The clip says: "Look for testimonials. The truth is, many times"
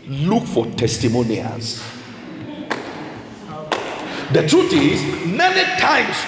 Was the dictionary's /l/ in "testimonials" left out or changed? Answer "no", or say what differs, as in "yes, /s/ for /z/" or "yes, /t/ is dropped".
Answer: yes, /l/ is dropped